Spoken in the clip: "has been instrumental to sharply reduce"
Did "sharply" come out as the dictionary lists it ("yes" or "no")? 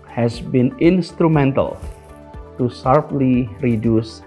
no